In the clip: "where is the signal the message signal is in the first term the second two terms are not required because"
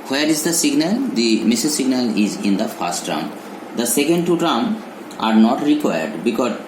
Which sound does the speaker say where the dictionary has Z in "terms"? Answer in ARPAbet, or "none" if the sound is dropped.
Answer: none